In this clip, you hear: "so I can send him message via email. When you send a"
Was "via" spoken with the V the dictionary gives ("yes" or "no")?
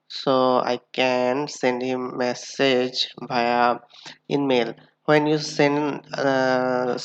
no